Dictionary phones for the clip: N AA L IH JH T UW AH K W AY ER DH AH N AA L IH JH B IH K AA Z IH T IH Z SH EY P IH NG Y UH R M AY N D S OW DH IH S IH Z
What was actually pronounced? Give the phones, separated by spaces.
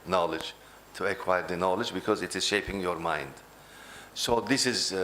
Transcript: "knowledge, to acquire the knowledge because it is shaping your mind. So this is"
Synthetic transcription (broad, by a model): N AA L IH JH T UW AH K W AY ER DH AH N AA L IH JH B IH K AA Z IH T IH Z SH EY P IH NG Y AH R M AY N D S OW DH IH S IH Z